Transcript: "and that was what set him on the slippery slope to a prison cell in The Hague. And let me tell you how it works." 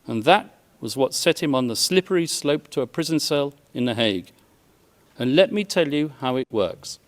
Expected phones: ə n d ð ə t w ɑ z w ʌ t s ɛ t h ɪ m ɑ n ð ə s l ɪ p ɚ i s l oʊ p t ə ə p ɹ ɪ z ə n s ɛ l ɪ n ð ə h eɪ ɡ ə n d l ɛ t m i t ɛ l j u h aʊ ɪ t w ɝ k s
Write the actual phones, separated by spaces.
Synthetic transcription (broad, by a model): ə n ð ə t w ɑ z w ʌ t s ɛ t h ɪ m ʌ n ð ə s l ɪ p ɚ i s l oʊ p t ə ə p ɹ ɪ z ə n s ɛ l ɪ n ð ə h eɪ ɡ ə n l ɛ t m i t ɛ l j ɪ h aʊ ɪ t w ɝ k s